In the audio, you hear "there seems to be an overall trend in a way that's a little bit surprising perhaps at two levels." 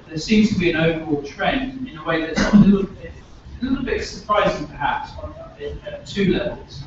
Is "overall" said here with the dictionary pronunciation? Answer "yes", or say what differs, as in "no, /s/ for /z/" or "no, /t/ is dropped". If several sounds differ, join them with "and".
yes